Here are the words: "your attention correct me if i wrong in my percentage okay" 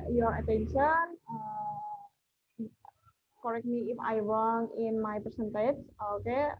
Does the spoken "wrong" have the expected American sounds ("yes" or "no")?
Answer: no